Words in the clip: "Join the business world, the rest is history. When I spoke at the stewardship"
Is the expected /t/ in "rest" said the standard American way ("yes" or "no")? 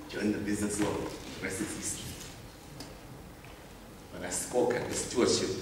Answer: no